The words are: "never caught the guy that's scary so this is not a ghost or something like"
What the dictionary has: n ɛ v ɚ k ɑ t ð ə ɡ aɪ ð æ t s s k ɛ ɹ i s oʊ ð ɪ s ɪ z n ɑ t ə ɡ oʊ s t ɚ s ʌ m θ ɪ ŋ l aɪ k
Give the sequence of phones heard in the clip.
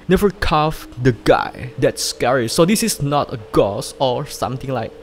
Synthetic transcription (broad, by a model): n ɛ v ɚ k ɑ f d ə ɡ aɪ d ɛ t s s k ɛ ɹ i s oʊ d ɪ s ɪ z n ɑ t ə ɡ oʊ s ɔ s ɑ m t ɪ ŋ l aɪ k